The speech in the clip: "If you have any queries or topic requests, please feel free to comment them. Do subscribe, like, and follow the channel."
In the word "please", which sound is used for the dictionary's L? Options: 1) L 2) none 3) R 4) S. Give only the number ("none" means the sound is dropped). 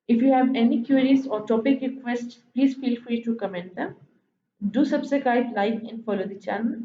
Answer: 1